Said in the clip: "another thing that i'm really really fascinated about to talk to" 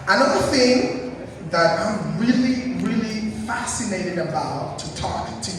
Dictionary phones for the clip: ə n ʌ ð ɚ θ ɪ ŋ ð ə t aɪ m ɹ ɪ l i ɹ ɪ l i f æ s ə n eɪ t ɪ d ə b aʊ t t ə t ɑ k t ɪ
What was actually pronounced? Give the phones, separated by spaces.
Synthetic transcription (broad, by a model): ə n ʌ ð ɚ θ ɪ ŋ ð ə t aɪ m ɹ ɪ l i ɹ ɪ l i f æ s ə n eɪ t ɪ d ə b aʊ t t ə t ɑ k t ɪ